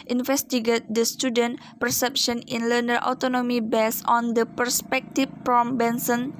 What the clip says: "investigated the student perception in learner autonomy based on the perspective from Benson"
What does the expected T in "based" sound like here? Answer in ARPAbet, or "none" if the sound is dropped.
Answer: none